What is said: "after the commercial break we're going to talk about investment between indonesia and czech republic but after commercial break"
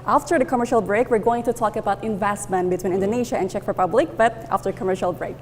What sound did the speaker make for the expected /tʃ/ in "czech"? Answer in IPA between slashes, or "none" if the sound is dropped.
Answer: /tʃ/